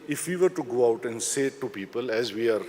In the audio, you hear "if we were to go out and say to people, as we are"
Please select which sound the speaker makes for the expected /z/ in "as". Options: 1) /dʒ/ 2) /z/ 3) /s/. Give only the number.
2